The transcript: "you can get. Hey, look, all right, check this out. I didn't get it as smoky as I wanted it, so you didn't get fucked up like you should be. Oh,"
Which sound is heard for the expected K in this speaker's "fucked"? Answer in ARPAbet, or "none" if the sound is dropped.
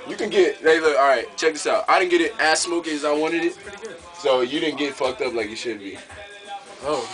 K